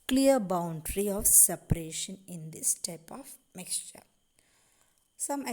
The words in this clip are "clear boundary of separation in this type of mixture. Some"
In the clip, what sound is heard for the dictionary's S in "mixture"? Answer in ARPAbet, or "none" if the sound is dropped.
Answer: S